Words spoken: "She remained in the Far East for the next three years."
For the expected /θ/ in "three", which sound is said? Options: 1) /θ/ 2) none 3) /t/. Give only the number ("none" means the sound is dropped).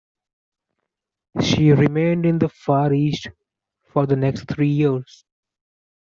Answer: 3